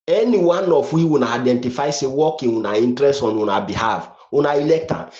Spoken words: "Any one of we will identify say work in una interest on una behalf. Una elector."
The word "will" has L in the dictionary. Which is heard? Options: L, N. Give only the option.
N